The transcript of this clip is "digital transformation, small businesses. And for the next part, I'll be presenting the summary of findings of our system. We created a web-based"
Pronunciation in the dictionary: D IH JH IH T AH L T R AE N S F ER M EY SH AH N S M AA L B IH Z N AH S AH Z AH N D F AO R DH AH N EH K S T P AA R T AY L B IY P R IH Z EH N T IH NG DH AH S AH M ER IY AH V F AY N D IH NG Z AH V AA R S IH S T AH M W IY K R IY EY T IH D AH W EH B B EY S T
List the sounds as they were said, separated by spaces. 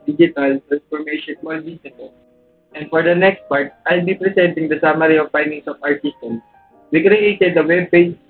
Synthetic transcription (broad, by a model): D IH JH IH T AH L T R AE N S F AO M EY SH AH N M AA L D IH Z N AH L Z AH N D F AO R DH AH N EH K S T P AA R T AY L B IY P R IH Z EH N T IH NG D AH S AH M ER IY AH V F AY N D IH NG S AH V AA R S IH S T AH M W IY K R IY EY T IH D AH W EH B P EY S